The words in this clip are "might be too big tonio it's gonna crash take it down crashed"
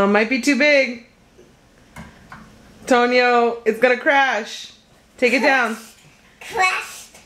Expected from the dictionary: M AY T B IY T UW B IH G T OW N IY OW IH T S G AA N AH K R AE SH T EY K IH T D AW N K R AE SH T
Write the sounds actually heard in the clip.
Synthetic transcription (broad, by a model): M AY T B IY T UW B IH G T OW N IY OW IH T S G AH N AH K R AE SH T EY K IH T D AW N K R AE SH